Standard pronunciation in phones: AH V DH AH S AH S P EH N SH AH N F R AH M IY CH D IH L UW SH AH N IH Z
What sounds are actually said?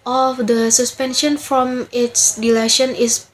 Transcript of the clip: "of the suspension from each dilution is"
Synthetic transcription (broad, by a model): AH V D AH S AH S P EH N SH AH N F R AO M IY S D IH L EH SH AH N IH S